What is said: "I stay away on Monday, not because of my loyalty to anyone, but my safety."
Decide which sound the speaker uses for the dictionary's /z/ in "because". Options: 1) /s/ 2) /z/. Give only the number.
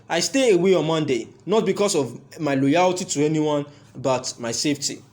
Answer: 1